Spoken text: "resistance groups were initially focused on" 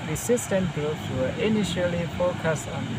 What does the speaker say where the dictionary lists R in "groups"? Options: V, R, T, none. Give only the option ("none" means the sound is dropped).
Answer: none